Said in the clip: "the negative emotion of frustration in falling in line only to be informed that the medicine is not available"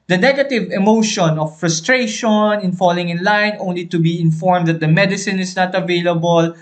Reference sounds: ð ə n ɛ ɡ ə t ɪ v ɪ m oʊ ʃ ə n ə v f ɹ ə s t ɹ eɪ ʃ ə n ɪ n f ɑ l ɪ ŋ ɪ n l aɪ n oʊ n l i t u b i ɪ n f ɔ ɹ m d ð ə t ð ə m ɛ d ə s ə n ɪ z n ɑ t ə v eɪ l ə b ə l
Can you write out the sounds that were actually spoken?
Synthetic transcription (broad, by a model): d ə n ɛ ɡ ə t ɪ v ɪ m oʊ ʃ ə n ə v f ɹ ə s t ɹ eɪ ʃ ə n ɪ n f ɑ l ɪ ŋ ɪ n l aɪ n oʊ n l i t u b i ɪ n f ɔ ɹ m d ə t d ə m ɛ d ə s ə n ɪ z n ɑ t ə v eɪ l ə b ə l